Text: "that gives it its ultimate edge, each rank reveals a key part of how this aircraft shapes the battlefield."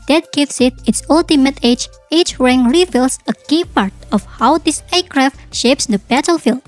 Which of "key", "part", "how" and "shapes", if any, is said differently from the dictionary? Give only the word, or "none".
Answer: none